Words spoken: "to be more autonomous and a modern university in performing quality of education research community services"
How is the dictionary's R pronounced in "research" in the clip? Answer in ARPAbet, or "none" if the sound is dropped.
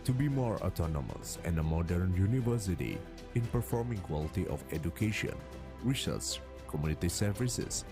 W